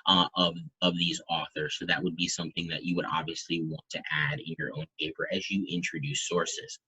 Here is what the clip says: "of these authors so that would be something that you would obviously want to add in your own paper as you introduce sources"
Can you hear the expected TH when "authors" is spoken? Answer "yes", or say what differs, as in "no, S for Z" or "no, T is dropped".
yes